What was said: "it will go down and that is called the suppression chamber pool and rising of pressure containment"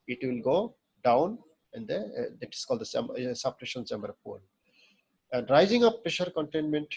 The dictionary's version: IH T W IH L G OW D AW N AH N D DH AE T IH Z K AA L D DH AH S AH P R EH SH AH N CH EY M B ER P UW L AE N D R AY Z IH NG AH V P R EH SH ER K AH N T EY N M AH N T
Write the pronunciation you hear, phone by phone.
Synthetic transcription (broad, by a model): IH T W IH L G OW D AW N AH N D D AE T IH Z K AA L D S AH S AH P R EH SH AH N S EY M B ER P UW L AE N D R AY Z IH NG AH P P R EH SH ER K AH N T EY N M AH N T